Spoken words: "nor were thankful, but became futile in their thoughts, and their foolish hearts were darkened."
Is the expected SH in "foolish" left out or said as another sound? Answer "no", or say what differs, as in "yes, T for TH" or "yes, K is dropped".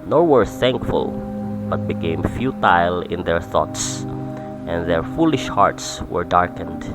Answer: no